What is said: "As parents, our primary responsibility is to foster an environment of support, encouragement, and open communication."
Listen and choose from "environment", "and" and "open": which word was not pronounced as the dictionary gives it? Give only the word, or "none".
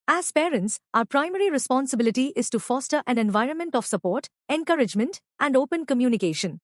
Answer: none